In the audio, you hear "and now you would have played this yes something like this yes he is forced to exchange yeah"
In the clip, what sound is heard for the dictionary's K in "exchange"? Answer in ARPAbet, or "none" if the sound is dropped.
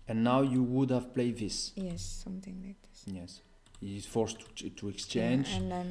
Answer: K